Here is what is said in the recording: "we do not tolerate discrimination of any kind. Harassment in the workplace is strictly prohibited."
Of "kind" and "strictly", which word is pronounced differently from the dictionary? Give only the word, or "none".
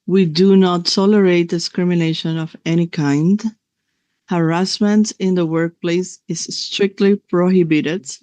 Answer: none